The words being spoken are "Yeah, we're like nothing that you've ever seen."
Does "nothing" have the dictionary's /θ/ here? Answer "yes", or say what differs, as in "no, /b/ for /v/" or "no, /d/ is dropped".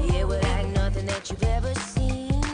yes